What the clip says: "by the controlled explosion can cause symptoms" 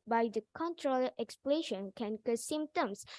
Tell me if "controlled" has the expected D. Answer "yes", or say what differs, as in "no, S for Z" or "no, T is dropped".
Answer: no, D is dropped